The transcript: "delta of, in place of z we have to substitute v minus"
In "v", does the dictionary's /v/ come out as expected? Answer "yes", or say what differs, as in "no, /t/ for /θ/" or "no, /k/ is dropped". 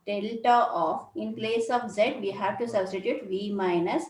yes